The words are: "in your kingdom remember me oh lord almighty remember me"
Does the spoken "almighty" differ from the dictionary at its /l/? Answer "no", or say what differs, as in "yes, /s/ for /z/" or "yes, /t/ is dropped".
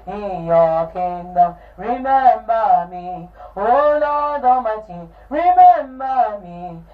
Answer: yes, /l/ is dropped